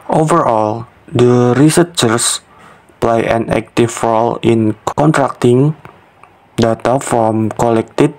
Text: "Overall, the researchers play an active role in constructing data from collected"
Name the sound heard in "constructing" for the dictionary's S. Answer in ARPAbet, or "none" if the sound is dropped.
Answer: none